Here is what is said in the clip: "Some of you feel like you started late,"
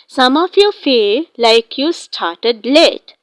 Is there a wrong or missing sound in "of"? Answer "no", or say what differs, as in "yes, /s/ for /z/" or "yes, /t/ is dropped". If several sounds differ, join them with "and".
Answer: yes, /f/ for /v/